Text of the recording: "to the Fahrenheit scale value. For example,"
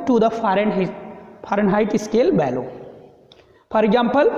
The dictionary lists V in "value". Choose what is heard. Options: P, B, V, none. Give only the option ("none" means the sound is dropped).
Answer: B